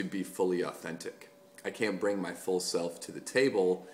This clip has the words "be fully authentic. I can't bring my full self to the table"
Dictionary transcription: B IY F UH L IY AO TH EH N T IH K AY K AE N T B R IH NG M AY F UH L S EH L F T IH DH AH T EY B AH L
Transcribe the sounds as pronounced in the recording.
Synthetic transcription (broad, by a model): B IY F UH L IY AO TH EH N T IH K AY K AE N B R IH NG M AY F UH L S EH L F T IH DH AH T EY B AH L